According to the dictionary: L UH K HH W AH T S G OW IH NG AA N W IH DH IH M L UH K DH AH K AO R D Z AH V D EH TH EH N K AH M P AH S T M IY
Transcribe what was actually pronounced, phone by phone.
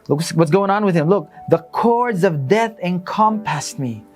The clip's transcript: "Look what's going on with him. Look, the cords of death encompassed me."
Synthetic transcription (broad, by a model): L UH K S W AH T S G OW IH NG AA N W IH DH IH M L UH K DH AH K AO R D Z AH V D EH TH EH N K AH M P AH S T M IY